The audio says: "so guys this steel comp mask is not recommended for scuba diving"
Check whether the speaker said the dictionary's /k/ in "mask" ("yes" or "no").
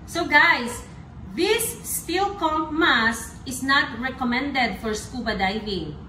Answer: no